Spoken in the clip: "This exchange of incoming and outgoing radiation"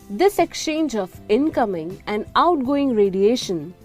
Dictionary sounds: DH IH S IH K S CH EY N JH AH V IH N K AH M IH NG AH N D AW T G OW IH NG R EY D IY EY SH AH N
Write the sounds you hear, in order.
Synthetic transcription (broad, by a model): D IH S IH K S CH EY N JH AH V IH N K AH M IH NG AH N D AW T G OW IH NG R EY D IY EY SH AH N